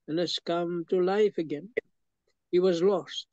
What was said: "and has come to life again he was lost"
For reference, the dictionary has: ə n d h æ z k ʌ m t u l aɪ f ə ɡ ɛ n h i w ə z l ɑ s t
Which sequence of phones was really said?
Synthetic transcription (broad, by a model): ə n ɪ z k ʌ m t u l aɪ f ə ɡ ɛ n h i w ə z l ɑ s t